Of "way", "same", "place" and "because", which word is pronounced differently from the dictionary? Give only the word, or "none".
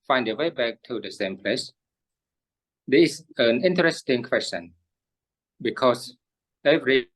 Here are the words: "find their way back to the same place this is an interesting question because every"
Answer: because